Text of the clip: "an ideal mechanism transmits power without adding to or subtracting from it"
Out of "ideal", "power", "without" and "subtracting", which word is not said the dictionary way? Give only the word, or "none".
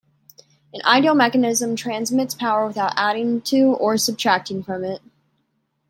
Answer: none